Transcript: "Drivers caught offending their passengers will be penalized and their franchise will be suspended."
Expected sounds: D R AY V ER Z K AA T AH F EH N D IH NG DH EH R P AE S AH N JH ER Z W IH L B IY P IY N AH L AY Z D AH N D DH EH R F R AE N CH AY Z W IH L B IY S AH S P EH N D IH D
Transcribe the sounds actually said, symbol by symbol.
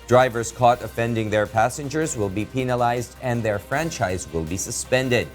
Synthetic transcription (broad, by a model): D R AY V ER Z K AA T AH F EH N D IH NG DH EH R P AE S AH N JH ER Z W IH L B IY P IY N AH L AY Z D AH N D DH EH R F R AE N CH AY Z W IH L B IY S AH S P EH N D IH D